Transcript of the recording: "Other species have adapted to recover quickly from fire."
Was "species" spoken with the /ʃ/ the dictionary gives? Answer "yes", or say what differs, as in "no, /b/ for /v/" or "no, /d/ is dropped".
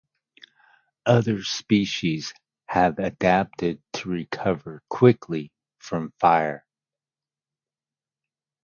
yes